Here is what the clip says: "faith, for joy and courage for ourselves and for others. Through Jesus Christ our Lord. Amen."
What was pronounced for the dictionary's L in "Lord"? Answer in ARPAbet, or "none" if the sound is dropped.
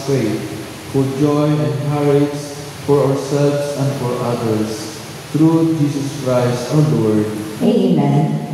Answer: W